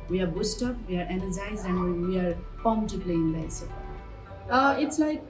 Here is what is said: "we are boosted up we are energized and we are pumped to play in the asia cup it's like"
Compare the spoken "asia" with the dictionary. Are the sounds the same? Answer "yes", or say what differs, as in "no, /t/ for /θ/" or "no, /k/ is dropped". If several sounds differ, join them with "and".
no, /s/ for /ʒ/